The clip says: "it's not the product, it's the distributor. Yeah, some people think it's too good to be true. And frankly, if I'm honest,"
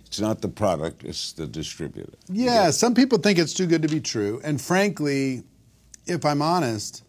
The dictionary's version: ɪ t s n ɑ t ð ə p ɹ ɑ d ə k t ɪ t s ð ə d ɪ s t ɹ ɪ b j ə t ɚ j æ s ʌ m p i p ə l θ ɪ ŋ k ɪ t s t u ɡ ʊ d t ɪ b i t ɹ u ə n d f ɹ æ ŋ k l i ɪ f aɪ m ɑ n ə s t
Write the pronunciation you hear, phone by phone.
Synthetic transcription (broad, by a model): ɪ t s n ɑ t ð ə p ɹ ɑ d ə k t ɪ t s ð ə d ɪ s t ɹ ɪ b j ə t ɚ j æ s ʌ m p i p l θ ɪ ŋ k ɪ t s t u ɡ ʊ d t ɪ b i t ɹ u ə n f ɹ æ ŋ k l i ɪ f aɪ m ɑ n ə s t